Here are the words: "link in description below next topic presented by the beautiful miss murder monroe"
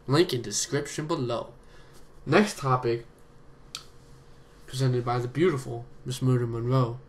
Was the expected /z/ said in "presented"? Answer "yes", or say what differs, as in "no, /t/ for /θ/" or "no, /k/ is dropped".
yes